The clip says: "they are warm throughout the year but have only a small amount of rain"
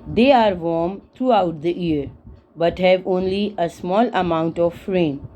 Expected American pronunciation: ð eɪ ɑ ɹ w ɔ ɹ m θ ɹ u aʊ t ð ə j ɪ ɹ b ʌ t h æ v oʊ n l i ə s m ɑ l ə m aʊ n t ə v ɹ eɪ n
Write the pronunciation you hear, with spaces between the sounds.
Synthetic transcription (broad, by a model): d eɪ ɑ ɹ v ɔ ɹ m t ɹ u aʊ t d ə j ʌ ɹ b ʌ t h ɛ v oʊ n l i ə s m ɑ l ə m aʊ n t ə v ɹ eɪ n